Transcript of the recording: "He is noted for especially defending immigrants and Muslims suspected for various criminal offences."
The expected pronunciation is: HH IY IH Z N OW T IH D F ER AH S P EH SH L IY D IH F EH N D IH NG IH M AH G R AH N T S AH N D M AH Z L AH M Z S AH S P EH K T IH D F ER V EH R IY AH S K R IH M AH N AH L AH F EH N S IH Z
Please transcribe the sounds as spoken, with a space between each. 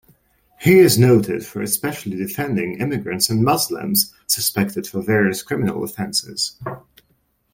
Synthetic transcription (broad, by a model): HH IY IH Z N OW T IH D F ER AH S P EH SH L IY D IH F EH N D IH NG IH M AH G R AH N T S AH N M AH Z L AH M Z S AH S P EH K T IH D F ER V EH R IY AH S K R IH M AH N AH L AH F EH N S IH Z